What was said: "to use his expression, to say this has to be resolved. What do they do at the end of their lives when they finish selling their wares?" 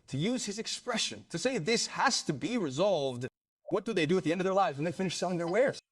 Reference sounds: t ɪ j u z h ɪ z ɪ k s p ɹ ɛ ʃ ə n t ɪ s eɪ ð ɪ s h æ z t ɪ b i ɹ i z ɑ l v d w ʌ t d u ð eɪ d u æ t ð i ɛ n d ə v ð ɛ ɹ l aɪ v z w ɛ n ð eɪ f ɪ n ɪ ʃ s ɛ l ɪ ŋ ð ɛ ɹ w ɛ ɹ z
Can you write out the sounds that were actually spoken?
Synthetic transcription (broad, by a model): t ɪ j u z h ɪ z ɪ k s p ɹ ɛ ʃ ə n t ɪ s eɪ ð ɪ s h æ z t ɪ b i ɹ i z ɑ l v d w ʌ t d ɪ ð eɪ d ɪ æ t ð i ɛ n d ə v ð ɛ ɹ l aɪ v z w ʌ n ð eɪ f ɪ n ɪ ʃ s ɛ l ɪ ŋ ð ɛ ɹ w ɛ ɹ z